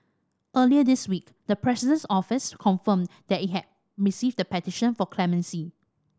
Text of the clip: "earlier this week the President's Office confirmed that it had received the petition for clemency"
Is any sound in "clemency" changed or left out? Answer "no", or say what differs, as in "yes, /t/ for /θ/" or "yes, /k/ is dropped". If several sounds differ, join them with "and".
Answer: no